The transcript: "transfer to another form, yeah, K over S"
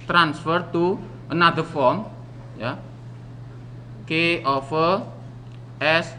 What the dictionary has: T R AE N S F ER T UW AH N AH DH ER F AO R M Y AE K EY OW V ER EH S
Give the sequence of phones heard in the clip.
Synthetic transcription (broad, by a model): T R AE N S F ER T UW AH N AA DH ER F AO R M Y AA K EY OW F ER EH S